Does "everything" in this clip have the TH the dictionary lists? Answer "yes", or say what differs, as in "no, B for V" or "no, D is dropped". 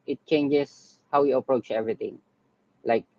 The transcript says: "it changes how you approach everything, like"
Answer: no, T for TH